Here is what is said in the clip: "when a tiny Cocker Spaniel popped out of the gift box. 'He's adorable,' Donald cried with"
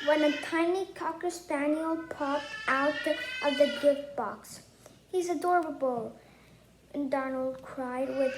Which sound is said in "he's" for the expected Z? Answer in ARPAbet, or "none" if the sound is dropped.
Z